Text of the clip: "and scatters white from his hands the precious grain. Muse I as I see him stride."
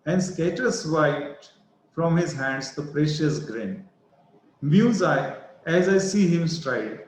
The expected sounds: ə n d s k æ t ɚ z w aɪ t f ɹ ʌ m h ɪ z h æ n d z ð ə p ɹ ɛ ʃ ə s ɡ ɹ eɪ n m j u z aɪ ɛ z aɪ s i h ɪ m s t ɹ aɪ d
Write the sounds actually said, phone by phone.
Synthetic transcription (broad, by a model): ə n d s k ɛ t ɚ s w aɪ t f ɹ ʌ m h ɪ z h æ n d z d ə p ɹ ɛ ʃ ə s ɡ ɹ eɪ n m j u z aɪ ɛ z aɪ s i h ɪ m s t ɹ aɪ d